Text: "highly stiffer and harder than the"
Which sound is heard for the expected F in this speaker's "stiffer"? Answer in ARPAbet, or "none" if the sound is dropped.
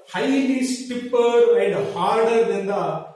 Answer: P